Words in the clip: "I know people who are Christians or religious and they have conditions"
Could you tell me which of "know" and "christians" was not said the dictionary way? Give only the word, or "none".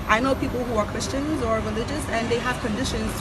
none